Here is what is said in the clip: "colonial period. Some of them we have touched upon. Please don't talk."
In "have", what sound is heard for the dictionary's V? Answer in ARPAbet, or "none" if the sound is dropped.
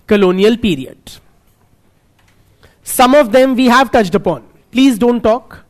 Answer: V